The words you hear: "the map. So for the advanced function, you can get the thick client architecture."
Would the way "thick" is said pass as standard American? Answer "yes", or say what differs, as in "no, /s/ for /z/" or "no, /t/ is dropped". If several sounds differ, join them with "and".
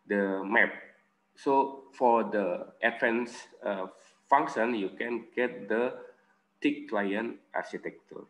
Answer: no, /t/ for /θ/